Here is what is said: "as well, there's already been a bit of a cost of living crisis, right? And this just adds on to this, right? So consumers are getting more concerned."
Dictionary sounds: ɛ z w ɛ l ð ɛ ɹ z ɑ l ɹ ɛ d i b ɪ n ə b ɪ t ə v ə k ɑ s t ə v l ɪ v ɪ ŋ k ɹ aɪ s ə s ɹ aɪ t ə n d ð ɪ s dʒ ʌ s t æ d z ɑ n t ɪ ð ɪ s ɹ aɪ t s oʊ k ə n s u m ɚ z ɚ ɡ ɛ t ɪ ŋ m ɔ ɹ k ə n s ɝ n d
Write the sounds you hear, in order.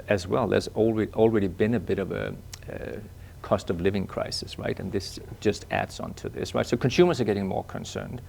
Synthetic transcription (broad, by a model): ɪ z w ɛ l ð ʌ ɹ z ɑ l ɹ ɛ d i b ɪ n ə b ɪ t ə v ə k ɑ s t ə v l ɪ v ɪ ŋ k ɹ aɪ s ə s ɹ aɪ t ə n ð ɪ s dʒ ʌ s t æ d z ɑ n t ɪ ð ɪ s ɹ aɪ t s oʊ k ə n s u m ɚ z ɚ ɡ ɛ t ɪ ŋ m ɔ ɹ k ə n s ɝ n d